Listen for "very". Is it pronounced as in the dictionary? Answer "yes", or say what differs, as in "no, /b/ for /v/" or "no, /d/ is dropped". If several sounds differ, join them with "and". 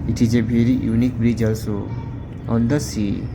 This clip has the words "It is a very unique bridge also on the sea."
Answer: no, /b/ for /v/